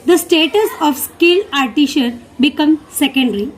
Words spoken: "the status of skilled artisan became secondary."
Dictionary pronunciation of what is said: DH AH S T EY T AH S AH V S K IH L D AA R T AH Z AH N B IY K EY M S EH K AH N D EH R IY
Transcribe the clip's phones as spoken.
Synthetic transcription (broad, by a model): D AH S T EY T AH S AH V S K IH L AA R T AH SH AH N B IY K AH M S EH K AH N D R IY